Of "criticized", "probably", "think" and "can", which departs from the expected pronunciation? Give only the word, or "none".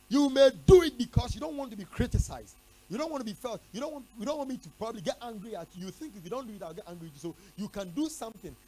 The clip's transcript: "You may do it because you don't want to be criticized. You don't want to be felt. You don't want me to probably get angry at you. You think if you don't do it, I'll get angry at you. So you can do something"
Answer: none